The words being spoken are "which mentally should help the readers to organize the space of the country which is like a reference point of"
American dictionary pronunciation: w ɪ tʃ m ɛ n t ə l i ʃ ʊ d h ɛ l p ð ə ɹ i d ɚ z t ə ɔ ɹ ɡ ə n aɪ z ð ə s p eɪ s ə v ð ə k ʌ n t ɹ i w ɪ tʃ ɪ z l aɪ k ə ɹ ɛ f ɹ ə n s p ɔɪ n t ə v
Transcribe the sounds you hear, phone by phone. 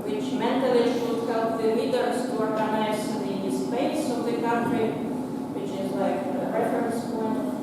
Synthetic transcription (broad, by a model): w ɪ tʃ m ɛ n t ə i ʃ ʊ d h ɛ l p ð ə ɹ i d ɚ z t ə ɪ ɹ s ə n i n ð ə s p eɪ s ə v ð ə k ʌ n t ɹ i w ɪ tʃ ɪ z l aɪ k ə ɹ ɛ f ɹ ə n s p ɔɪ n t